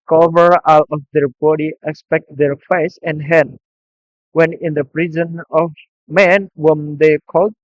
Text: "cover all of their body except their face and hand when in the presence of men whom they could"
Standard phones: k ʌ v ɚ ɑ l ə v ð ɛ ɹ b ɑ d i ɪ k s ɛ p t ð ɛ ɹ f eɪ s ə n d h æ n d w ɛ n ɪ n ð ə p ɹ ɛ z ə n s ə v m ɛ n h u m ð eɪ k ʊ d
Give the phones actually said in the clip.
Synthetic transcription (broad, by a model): k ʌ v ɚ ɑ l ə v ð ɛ ɹ b ɑ d i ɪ k s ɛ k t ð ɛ ɹ f eɪ s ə n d h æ n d w ɛ n ɪ n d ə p ɹ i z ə n ə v m ɛ n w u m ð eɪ k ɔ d